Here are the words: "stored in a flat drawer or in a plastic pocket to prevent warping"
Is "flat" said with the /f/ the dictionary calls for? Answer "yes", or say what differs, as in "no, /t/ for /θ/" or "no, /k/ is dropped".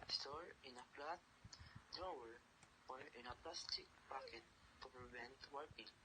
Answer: no, /p/ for /f/